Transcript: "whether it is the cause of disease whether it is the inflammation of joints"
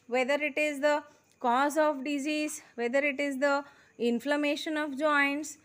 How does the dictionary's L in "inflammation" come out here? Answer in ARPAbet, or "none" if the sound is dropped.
L